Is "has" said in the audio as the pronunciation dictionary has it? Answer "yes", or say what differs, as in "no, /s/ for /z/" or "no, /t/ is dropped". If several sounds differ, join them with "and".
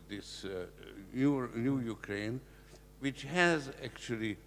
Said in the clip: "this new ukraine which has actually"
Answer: yes